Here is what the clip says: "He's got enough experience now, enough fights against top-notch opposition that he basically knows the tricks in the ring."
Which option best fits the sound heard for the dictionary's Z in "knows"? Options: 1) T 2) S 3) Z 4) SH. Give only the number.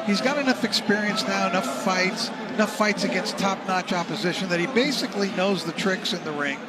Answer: 3